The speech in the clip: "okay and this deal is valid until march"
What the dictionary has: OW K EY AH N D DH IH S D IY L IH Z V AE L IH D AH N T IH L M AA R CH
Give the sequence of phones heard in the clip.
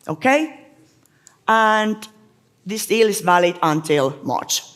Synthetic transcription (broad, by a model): OW K EY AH N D DH IH S D IY L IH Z V AE L IH D AH N T IH L M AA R CH